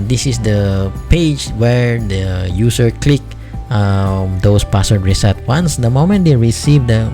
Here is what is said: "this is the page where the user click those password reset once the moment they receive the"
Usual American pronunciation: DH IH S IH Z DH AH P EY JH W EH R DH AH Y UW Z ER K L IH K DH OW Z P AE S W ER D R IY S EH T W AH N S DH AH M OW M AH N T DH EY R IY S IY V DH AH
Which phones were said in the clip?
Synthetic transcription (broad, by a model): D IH S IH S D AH P EY JH W EH R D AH Y UW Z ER K L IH K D OW S P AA S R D R IY S EH T W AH N S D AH M OW M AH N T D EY R IY S IY V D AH